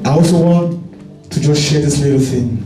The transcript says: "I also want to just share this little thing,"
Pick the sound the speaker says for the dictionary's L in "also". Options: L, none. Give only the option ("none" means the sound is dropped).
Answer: none